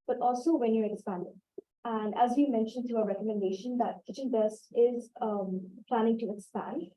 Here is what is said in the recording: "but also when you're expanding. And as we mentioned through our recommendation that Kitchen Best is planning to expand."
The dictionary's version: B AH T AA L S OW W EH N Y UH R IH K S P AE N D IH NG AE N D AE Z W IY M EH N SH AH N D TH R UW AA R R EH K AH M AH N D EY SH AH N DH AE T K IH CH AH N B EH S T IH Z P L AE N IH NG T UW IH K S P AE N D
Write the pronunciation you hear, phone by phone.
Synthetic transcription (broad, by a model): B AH T AA L S OW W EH N Y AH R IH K S P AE N D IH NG AE N D AE Z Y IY M EH N SH AH N D T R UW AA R R EH K AH M AH N D EY SH AH N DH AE T K IH CH AH N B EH S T IH Z P L AE N IH NG T UW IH K S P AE N D